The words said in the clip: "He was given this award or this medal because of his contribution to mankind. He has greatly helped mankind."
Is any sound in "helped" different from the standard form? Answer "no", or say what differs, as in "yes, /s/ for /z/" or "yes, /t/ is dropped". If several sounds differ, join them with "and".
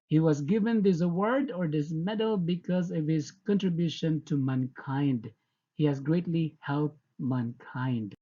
yes, /p/ is dropped